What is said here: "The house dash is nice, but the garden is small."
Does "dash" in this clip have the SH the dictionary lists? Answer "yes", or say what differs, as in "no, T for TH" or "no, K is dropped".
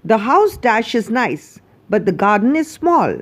yes